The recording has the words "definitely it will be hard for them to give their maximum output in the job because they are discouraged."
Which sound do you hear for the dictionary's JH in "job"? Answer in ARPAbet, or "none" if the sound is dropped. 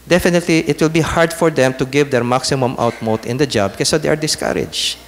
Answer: JH